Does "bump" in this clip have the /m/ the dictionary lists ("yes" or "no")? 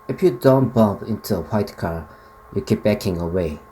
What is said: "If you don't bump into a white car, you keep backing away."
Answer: no